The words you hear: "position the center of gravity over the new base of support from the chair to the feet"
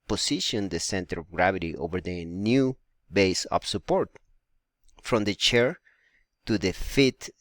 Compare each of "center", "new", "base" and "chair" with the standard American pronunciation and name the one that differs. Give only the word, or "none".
none